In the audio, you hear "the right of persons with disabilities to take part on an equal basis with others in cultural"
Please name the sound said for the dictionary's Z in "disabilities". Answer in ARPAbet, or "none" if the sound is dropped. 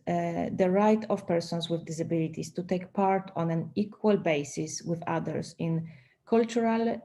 S